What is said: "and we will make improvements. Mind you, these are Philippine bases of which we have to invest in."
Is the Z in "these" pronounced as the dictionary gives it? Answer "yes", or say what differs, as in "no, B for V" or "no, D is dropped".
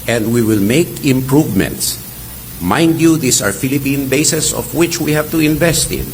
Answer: no, S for Z